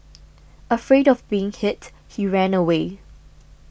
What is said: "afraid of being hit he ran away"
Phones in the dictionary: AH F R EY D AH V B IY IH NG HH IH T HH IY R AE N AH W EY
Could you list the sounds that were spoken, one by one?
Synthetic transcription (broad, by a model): AH F R EY D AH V B IY IH NG HH IH T HH IY R AE N AH W EY